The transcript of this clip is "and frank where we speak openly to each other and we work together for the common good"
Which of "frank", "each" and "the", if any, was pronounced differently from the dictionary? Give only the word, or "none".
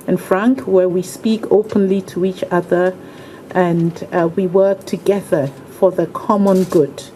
none